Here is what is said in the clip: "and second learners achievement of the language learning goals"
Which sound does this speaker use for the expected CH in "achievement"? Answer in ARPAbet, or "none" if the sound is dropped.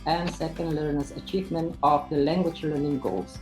CH